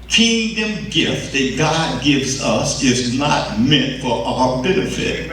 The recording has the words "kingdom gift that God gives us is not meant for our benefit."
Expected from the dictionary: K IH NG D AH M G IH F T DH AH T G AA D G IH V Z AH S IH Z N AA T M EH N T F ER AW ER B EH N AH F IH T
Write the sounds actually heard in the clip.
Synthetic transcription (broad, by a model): K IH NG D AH M G IH F T DH AH T G AA D G IH V Z AH S IH Z N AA T M EH N T F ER AW ER B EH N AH F IH T